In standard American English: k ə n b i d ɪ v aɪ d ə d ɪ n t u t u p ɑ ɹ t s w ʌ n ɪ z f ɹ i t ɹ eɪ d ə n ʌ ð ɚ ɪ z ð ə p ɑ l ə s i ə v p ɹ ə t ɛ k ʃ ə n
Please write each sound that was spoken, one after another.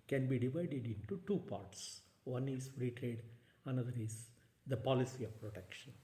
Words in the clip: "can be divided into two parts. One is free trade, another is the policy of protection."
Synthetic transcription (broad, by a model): k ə n b i d ɪ v aɪ d ə d ɪ n t u t u p ɑ ɹ t s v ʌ n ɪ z ɹ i t ɹ eɪ d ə n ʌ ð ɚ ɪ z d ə p ɑ l ə s i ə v p ɹ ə t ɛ k ʃ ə n